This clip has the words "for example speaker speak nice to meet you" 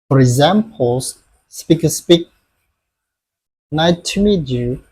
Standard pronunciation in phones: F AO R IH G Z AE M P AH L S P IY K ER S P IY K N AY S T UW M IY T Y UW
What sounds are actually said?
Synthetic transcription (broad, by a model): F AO R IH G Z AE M P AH L S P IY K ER S P IY K N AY T UW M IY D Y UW